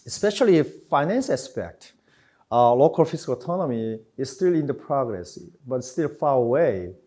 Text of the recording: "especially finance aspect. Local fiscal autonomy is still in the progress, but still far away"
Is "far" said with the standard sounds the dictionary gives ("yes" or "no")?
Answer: yes